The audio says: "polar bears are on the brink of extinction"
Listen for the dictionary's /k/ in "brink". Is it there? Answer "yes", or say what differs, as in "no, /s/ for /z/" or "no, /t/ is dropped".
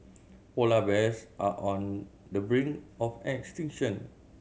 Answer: no, /k/ is dropped